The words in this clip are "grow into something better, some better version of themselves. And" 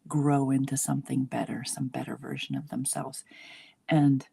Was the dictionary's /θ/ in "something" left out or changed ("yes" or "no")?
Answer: no